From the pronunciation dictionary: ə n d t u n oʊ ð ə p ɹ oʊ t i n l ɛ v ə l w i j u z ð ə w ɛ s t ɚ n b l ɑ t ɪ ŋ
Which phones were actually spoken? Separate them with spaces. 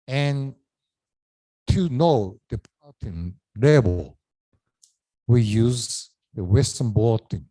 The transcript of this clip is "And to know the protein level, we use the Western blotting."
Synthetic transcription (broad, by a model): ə n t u n oʊ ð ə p oʊ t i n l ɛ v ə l w i j u z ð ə w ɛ s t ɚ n b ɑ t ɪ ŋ